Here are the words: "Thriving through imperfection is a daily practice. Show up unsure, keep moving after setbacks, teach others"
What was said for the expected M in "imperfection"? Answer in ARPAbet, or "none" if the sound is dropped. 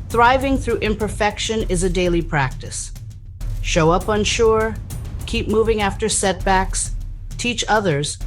M